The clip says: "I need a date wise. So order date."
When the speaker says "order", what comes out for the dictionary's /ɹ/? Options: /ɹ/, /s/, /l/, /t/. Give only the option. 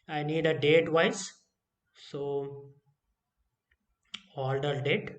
/l/